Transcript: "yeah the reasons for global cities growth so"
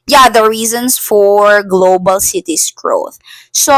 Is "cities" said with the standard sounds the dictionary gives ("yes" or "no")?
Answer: no